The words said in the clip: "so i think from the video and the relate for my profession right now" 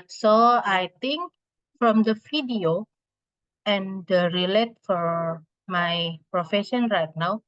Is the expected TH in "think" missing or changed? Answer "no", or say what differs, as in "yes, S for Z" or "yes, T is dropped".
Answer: yes, T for TH